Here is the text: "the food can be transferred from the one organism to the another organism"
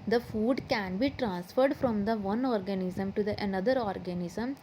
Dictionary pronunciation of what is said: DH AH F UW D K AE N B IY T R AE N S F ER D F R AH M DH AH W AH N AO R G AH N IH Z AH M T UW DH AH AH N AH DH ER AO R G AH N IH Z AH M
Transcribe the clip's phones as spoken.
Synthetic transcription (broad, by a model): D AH F UW D K AE N B IY T R AE N S F ER D F R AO M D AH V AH N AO R G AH N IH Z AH M T UW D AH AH N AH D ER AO R G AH N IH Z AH M